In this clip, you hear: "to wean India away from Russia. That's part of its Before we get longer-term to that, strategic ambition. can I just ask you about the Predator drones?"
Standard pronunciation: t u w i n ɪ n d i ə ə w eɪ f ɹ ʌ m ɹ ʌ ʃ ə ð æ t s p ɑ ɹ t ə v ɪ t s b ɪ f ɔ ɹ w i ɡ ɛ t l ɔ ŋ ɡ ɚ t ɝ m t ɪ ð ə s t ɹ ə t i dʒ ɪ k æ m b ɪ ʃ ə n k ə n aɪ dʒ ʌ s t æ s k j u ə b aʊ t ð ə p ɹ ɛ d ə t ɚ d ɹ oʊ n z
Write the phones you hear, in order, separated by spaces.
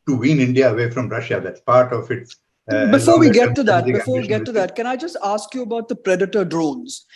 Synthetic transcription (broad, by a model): t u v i n ɪ n d i ə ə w eɪ f ɹ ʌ m ɹ ʌ ʃ ə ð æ t s p ɑ ɹ t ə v ɪ t s b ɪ f ɔ ɹ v i ɡ ɛ t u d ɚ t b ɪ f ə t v i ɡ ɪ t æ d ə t k ə n aɪ dʒ ʌ s t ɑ s k j u ə b aʊ t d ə p ɹ ɛ d ə t ɚ d ɹ oʊ n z